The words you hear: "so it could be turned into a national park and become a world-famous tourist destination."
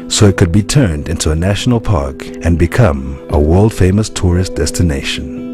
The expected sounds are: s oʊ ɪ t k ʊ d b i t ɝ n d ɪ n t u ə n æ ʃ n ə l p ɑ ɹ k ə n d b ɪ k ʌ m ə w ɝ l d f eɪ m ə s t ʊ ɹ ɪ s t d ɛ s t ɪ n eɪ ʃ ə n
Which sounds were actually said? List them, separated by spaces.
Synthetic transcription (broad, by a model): s oʊ ɪ t k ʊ d b i t ɝ n d ɪ n t u ə n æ ʃ n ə l p ɑ ɹ k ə n b ɪ k ʌ m ə w ɝ l d f eɪ m ə s t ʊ ɹ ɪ s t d ɛ s t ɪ n eɪ ʃ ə n